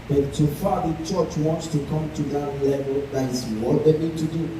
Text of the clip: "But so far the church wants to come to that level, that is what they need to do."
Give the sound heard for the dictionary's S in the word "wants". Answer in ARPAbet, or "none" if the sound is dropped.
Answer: S